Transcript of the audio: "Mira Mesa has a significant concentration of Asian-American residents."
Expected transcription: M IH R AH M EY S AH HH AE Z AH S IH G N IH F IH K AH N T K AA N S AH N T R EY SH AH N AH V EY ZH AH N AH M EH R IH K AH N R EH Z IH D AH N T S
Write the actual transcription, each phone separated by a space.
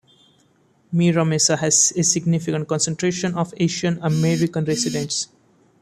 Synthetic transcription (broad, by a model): M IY R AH M EY S AH HH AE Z AH S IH G N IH F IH K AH N T K AA N S AH N T R EY SH AH N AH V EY SH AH N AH M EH R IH K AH N R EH S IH D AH N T S